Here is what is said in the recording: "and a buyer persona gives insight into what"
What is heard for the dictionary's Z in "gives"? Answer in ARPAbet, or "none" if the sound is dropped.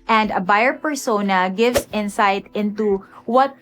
S